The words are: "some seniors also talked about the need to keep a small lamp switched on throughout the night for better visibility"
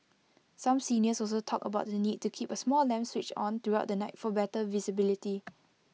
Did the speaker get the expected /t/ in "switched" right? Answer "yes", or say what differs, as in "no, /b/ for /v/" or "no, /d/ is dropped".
no, /t/ is dropped